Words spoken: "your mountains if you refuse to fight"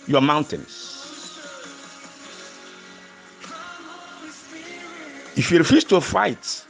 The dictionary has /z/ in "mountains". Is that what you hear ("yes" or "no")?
no